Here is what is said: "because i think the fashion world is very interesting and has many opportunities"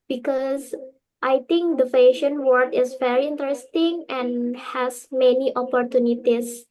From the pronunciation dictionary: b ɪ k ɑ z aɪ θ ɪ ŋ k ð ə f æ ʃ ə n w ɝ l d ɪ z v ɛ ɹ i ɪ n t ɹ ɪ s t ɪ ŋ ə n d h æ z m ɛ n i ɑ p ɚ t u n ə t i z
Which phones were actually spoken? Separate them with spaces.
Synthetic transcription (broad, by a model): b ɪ k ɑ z aɪ t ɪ ŋ k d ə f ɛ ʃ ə n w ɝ d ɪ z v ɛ ɹ i ɪ n t ɹ ɪ s t ɪ ŋ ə n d h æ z m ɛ n i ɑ p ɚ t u n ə t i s